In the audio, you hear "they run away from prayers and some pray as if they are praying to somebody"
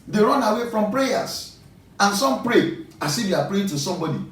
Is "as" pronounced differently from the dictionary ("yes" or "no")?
yes